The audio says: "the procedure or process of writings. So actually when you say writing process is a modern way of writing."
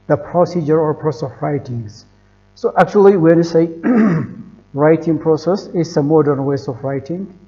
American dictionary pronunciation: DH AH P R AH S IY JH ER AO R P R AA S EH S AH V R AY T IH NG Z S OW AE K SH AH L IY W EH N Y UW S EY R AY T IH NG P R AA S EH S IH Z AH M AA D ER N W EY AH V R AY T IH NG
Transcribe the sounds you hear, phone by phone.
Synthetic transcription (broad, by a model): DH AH P R AH S IY JH ER AO R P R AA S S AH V R AY T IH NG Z S OW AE K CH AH L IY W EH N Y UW S EY R AY T IH NG P R AA S EH S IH S AH M AA D ER N W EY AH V R AY T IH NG